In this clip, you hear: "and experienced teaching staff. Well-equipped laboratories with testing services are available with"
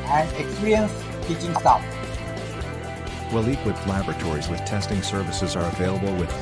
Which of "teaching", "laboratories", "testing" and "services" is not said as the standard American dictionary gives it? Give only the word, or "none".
none